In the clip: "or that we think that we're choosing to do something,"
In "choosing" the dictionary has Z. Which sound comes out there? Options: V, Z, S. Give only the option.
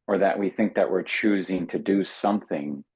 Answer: Z